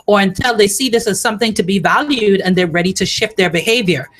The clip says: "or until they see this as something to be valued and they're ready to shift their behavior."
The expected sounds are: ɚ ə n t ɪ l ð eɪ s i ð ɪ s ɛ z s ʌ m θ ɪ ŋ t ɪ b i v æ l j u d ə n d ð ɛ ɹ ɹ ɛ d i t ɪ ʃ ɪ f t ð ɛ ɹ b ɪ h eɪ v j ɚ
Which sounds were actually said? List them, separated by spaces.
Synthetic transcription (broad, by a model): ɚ ə n t ɪ l ð eɪ s i ð ɪ s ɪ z s ʌ m θ ɪ ŋ t ɪ b i v æ l j u d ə n ð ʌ ɹ ɹ ɛ d i t ɪ ʃ ɪ f t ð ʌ ɹ b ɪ h eɪ v j ɚ